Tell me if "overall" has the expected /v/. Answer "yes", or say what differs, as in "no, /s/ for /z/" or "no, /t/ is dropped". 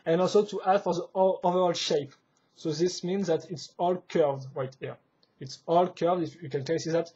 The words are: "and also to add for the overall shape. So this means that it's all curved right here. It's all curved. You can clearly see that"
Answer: yes